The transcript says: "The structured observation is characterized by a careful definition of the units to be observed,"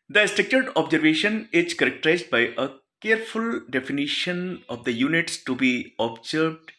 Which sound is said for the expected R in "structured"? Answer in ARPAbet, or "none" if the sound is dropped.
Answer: none